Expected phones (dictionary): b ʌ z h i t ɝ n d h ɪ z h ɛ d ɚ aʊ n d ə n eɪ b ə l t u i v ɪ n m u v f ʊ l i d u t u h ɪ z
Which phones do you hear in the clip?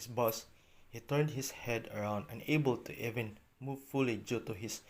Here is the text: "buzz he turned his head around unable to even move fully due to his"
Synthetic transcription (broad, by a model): b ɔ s h i t ɝ n d h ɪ s h ɛ d ɚ aʊ n d ə n eɪ b ə l t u i v ɪ n m u v f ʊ l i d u t u h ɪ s